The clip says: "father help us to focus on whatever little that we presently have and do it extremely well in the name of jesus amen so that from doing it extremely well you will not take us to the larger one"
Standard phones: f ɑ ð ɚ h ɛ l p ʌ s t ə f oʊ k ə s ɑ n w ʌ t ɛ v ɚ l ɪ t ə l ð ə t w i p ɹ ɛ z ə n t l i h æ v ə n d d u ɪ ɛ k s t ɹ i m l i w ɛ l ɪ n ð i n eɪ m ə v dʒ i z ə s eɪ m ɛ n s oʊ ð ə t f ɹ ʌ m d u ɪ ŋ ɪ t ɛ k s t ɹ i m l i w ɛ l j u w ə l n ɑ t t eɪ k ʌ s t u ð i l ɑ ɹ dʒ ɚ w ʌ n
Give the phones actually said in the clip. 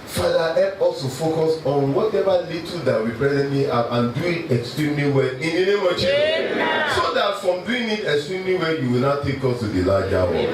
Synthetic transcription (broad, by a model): f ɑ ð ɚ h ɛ p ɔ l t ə f oʊ k ə s ɑ n w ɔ t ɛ v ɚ l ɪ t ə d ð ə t w i b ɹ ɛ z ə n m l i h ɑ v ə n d d u ɪ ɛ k s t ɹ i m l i w ɛ l ɪ n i n eɪ m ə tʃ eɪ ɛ s oʊ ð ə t f ɹ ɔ m d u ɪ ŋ ɪ t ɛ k s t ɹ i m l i w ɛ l j u w ə l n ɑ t t eɪ k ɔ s t u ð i l ɑ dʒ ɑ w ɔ